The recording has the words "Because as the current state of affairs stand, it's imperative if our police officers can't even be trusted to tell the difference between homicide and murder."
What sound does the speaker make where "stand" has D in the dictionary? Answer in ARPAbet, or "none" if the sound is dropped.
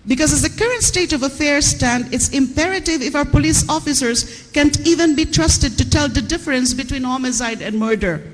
D